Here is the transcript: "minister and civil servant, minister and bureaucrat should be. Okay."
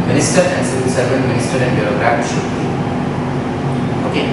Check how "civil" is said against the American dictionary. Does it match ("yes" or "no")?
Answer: no